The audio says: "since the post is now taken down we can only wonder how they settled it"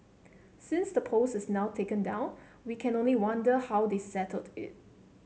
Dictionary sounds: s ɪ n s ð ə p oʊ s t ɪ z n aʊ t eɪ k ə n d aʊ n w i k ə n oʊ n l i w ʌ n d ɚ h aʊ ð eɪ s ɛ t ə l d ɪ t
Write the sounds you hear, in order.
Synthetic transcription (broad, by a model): s ɪ n s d ə p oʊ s ɪ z n aʊ t eɪ k ə n d aʊ n w i k ə n oʊ n l i w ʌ n d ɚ h aʊ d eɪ s ɛ t ə l d ɪ t